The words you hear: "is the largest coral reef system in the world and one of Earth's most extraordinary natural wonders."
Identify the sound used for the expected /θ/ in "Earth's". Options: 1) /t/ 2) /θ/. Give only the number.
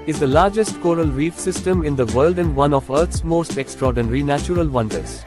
1